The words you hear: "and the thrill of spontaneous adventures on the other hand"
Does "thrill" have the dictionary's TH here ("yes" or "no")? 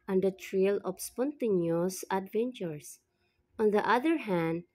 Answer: no